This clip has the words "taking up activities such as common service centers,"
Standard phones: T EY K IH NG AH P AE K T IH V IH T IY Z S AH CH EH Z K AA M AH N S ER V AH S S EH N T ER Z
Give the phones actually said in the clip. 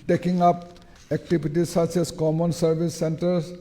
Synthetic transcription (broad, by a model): T EY K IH NG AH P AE K T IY B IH T IY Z S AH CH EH S K AA M AH N S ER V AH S S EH N T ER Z